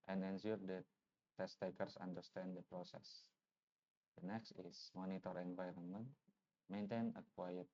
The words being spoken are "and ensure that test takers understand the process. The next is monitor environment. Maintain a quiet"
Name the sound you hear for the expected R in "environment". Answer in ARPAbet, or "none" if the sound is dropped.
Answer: R